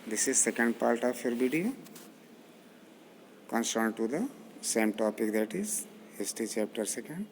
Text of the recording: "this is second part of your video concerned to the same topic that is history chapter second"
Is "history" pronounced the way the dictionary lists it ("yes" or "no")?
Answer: no